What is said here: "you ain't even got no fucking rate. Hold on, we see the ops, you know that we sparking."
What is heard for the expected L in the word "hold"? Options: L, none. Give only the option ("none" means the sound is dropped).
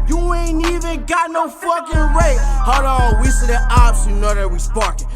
none